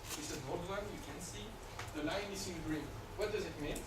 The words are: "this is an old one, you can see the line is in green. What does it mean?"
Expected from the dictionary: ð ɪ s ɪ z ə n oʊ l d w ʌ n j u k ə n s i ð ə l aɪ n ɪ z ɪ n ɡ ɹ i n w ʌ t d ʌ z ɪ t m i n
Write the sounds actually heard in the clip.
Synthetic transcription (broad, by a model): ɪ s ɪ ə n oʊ d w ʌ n j u k ə n s i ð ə l aɪ n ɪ s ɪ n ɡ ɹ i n w ʌ t d ʌ z ɪ t m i n